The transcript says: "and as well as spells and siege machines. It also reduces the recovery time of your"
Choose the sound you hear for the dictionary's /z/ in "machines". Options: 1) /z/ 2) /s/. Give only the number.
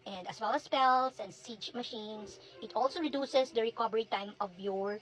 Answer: 2